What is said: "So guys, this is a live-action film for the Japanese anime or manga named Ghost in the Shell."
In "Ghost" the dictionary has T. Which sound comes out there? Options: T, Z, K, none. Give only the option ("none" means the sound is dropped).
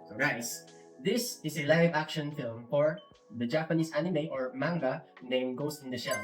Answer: none